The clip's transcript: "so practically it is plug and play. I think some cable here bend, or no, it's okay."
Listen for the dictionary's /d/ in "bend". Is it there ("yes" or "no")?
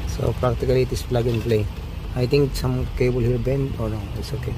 no